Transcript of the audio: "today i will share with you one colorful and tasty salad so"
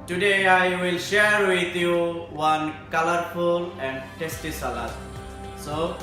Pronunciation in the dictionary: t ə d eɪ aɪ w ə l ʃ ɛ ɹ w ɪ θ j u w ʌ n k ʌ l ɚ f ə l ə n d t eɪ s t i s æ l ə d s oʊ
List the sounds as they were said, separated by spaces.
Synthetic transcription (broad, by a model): t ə d eɪ aɪ w ə l ʃ ɛ ɹ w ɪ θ j u w ʌ n k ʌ l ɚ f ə l ə n d t eɪ s t i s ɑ l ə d s oʊ